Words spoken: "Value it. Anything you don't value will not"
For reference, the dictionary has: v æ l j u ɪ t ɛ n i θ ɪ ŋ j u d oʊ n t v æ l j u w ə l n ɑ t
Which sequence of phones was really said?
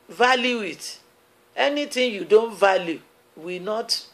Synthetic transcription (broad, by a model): v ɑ l j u ɪ t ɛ n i t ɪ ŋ j u d oʊ n t v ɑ l j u w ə n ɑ t